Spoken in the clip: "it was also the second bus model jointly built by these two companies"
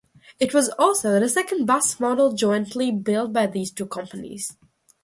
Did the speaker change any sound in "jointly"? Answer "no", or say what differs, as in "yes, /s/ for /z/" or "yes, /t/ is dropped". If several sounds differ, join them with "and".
no